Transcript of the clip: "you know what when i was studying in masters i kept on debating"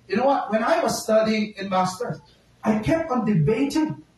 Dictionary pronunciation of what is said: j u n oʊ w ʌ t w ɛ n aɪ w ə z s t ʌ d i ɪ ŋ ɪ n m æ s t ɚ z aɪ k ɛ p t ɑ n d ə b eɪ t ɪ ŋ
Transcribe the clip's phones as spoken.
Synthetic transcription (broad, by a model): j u n oʊ w ʌ t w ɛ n aɪ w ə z s t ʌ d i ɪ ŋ ɪ n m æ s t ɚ aɪ k ɛ p t ɑ n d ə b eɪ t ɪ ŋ